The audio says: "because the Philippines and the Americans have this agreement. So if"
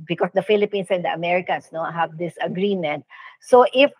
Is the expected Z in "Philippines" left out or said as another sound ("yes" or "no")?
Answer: yes